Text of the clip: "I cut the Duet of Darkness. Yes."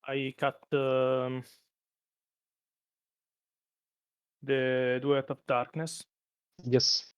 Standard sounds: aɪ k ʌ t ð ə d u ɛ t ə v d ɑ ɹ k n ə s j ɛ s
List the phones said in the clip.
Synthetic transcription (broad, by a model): aɪ k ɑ t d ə d u ɛ t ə p d ɑ ɹ k n ə s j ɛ s